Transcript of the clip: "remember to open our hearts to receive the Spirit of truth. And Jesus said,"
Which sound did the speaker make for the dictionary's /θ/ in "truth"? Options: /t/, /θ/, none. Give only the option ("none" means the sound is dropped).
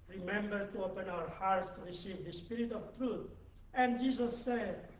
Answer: /t/